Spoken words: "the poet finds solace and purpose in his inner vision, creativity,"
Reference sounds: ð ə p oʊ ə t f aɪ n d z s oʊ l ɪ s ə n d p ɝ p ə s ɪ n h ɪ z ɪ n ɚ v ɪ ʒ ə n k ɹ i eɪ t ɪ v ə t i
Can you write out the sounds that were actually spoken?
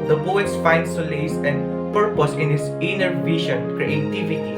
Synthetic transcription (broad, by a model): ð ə b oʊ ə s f aɪ n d s oʊ l ɪ s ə n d p ɝ p ə s ɪ n h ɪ s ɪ n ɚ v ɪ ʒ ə n k ɹ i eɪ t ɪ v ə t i